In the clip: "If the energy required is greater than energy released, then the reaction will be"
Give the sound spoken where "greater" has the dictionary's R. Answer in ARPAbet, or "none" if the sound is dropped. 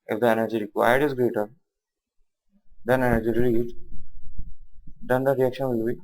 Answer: R